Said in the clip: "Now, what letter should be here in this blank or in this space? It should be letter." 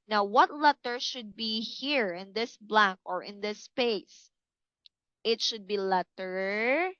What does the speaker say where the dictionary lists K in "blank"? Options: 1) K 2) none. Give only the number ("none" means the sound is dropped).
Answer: 1